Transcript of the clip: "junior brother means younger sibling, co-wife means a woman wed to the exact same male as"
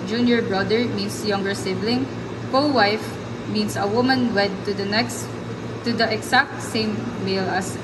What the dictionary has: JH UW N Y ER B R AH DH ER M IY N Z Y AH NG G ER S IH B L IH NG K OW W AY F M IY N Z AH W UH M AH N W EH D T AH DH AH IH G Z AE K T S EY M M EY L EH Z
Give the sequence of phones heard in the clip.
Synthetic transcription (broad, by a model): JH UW N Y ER B R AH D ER M IY N S Y AH NG G ER S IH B L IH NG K OW W AY F M IY N S AH W UH M AH N W EH D T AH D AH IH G S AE K T S EY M M EY L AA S